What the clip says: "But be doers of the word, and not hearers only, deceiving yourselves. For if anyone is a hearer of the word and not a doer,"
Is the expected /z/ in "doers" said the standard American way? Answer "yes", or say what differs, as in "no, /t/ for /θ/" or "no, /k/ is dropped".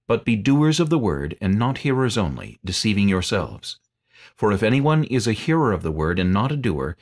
yes